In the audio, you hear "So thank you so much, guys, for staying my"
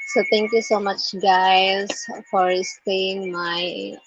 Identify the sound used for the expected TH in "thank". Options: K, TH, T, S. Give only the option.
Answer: T